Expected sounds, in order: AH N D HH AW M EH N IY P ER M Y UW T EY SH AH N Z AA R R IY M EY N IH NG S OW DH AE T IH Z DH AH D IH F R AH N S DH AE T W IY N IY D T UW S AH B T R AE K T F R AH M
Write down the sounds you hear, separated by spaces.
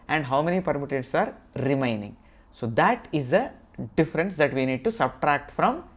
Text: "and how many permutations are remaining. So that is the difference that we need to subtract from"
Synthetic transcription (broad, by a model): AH N D HH AW M EH N IY P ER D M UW T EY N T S AA R R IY M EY N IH NG S OW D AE T IH Z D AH D IH F R AH N S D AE T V IY N IY D T UW S AH B T R AE K T F R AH M